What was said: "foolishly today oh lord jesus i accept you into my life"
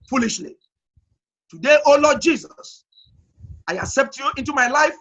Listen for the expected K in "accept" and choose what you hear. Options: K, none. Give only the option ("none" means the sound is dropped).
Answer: K